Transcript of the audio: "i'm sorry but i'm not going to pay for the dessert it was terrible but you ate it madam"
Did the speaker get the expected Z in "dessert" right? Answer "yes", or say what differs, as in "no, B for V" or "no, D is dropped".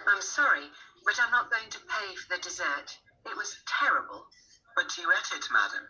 yes